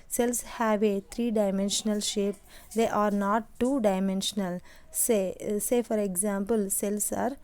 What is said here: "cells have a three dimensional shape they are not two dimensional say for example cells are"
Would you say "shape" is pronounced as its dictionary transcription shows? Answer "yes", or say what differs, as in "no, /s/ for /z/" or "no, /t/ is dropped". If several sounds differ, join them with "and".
yes